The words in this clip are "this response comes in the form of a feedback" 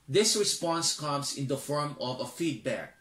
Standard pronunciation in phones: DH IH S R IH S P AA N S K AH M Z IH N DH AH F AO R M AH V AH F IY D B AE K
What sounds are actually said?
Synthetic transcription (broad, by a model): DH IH S R IH S P AA N S K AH M S IH N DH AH F AO R M AH V AH F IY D B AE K